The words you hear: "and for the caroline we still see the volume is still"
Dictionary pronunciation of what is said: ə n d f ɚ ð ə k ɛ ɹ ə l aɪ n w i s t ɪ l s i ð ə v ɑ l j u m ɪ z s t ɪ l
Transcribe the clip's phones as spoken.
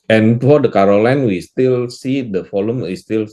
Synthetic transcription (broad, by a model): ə n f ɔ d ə k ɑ ɹ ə l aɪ n w i s t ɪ l s i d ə f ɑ l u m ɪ s t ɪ l